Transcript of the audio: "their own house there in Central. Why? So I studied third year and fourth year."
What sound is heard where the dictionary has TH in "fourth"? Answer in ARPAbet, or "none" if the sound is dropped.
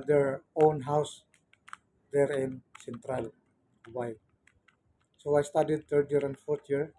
T